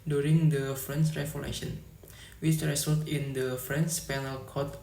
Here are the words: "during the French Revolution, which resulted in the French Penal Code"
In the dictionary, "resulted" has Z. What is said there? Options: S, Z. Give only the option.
S